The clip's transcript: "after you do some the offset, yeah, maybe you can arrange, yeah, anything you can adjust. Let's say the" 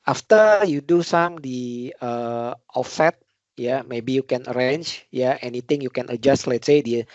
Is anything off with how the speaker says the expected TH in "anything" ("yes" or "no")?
yes